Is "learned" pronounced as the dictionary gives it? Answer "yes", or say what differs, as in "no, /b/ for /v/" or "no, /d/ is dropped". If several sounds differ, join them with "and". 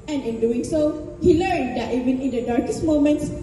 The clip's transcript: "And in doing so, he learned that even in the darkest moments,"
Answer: yes